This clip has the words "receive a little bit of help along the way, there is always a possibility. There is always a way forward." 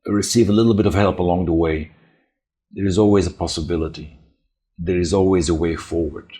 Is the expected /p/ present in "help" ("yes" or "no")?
yes